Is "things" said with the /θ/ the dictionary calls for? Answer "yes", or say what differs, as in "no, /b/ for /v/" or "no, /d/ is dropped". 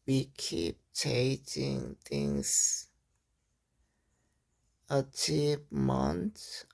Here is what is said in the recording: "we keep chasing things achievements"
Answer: no, /t/ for /θ/